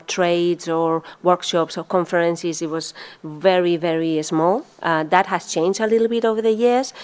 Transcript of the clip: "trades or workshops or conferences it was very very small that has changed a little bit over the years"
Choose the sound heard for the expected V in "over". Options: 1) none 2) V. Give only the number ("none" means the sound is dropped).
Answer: 2